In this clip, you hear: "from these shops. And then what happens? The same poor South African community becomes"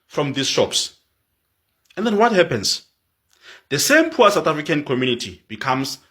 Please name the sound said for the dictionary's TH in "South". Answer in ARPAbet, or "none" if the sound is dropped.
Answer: T